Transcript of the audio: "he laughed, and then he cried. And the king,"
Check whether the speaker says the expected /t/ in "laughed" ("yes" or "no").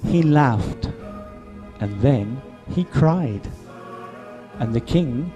yes